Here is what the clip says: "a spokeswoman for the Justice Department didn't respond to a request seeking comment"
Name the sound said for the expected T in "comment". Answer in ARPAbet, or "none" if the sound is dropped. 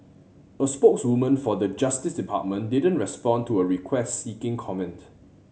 T